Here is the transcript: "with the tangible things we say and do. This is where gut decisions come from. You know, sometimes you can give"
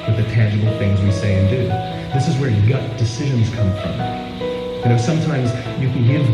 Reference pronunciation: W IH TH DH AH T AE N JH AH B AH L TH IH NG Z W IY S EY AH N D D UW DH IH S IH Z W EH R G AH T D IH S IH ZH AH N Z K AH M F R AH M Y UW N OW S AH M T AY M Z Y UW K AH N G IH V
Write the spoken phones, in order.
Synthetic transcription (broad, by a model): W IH DH AH T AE N JH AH B L TH IH NG Z W IY S EY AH N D D UW DH IH S IH Z W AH R G AH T D IH S IH ZH AH N Z K AH M F R AH M Y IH N OW S AH M T AY M Z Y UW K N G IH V